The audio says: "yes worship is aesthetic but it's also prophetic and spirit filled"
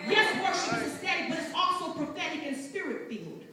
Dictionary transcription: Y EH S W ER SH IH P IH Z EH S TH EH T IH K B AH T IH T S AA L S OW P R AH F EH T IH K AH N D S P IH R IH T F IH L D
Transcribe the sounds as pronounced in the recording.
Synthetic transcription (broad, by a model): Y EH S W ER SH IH IH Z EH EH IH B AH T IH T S AA L S OW P R AH F EH T IH K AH N S P IH R IH T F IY L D